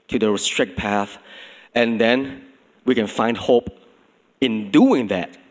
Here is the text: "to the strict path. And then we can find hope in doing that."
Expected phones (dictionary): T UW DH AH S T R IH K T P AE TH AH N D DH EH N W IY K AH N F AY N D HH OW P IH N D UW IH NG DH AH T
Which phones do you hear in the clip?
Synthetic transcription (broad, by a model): T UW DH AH S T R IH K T P AE TH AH N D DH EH N W IY K AH N F AY N D HH OW P IH N D UW IH NG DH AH T